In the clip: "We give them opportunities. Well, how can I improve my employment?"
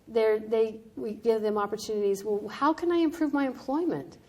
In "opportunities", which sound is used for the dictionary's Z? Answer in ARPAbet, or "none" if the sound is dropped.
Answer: Z